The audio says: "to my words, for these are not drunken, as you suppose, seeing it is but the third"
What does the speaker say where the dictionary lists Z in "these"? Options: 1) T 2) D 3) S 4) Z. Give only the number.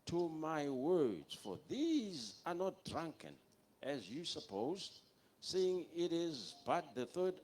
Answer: 4